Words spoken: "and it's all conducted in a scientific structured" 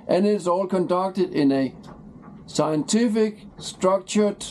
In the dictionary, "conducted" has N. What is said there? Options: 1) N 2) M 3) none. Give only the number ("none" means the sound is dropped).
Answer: 1